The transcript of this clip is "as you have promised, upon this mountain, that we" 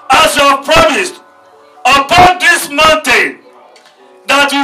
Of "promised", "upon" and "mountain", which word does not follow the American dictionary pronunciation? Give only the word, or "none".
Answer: none